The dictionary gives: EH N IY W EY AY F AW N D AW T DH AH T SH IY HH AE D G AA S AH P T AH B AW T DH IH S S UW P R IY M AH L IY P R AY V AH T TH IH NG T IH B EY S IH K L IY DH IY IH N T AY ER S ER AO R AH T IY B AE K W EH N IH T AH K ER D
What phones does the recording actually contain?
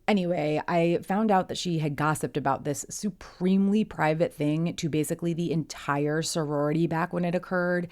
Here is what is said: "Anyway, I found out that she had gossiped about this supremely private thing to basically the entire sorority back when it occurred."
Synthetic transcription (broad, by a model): EH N IY W EY AY F AW N D AW T DH AH T SH IY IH D G AA S AH P T AH B AW T DH IH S S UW P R IY M L IY P R AY V AH T TH IH NG T IH B EY S IH K L IY DH IY IH N T AY ER S ER AO R AH T IY B AE K W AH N IH T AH K ER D